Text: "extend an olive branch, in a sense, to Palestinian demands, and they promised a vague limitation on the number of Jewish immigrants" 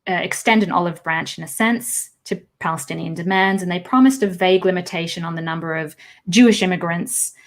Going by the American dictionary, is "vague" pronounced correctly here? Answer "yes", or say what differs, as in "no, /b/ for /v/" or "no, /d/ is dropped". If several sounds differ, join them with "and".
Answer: yes